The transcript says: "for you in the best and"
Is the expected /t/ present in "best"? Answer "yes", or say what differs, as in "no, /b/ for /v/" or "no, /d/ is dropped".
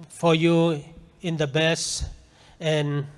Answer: no, /t/ is dropped